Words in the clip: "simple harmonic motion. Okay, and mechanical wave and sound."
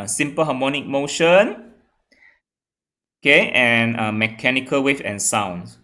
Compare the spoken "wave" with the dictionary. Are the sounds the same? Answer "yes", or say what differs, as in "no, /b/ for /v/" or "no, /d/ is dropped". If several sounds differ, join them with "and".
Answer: no, /f/ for /v/